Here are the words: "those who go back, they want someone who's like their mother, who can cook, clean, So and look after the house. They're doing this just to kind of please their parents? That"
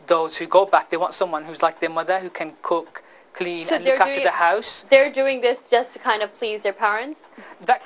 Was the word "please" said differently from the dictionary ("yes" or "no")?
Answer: no